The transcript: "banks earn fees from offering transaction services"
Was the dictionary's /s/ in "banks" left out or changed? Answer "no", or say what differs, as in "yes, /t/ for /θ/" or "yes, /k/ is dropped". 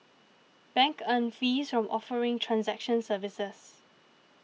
yes, /s/ is dropped